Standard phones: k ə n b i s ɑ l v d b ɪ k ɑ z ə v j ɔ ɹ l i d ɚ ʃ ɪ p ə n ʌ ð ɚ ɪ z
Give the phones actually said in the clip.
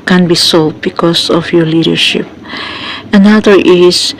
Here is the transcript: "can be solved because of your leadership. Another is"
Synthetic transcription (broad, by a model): k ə n b i s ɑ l d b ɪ k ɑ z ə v j ɔ ɹ l i d ɚ ʃ ɪ p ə n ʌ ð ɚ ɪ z